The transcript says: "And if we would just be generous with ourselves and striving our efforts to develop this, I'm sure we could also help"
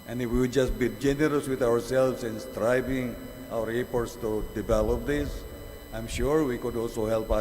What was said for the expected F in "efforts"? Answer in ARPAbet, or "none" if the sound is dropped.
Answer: P